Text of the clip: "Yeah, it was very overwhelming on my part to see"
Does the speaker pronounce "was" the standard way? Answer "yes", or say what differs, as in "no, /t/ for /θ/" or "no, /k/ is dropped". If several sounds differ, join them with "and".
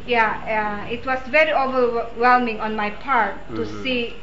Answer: no, /s/ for /z/